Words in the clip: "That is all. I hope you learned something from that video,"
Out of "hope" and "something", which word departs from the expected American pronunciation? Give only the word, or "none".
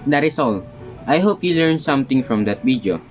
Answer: something